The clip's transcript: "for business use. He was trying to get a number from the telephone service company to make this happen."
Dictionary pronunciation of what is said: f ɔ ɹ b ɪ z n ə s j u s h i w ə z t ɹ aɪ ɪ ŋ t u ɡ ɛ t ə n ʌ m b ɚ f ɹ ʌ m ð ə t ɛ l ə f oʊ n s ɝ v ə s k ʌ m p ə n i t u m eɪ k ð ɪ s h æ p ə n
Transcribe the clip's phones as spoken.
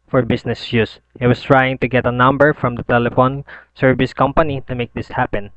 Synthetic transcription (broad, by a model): f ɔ ɹ b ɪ s n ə s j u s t w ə s t ɹ aɪ ɪ ŋ t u ɡ ɛ t ə n ʌ m b ɚ f ɹ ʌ m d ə t ɛ l ə f oʊ n s ɝ v ə s k ʌ m p ə n i t u m eɪ k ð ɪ s h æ p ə n